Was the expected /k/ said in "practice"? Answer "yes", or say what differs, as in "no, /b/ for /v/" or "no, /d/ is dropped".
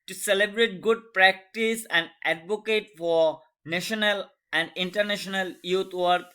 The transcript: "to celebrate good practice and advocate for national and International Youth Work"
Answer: yes